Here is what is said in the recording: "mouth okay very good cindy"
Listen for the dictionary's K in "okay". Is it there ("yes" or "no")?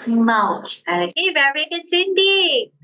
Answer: no